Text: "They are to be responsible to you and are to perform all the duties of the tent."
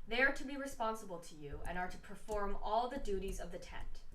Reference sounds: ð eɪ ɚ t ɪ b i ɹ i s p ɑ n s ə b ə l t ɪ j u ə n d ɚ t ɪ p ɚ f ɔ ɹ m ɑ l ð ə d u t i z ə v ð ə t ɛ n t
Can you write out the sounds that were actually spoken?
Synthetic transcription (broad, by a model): ð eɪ ɚ t ɪ b i ɹ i s p ɑ n s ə b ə l t ɪ j u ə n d ɚ t ɪ p ɚ f ɔ ɹ m ɑ l ð ə d u t i z ə v ð ə t ɛ n t